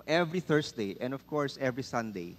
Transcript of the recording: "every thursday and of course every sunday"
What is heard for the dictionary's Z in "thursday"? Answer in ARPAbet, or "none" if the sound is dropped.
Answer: S